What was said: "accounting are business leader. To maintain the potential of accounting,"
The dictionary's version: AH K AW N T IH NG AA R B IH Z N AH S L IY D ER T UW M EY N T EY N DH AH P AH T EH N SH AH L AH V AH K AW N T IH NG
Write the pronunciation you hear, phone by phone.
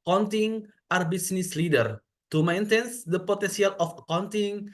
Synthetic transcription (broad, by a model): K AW N T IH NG AA R B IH S N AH S L IY D ER T UW M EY N T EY N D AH P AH T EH N S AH L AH F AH K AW N T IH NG